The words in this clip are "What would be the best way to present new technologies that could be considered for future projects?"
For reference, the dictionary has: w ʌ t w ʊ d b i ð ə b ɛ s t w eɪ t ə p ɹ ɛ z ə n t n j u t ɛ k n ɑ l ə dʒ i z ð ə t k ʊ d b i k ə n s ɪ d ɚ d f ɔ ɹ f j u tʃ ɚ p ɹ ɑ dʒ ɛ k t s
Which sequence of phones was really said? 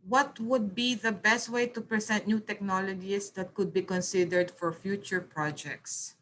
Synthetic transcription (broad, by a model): w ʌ t w ʊ d b i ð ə b ɛ s t w eɪ t ə p ɹ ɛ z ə n t n j u t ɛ k n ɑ l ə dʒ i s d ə t k ʊ d b i k ə n s ɪ d ɚ d f ɔ ɹ f j u tʃ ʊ p ɹ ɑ dʒ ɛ k t s